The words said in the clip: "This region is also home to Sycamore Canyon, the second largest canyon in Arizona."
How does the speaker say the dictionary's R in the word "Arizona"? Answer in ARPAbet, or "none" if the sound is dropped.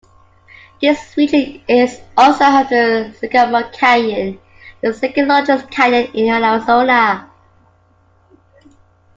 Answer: L